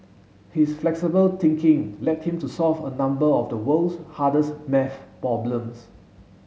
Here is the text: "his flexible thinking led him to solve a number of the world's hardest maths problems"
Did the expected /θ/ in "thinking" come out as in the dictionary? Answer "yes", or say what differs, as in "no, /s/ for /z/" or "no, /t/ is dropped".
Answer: no, /t/ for /θ/